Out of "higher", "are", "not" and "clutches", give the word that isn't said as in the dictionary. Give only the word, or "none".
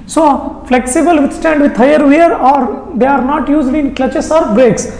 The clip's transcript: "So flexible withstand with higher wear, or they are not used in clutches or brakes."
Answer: clutches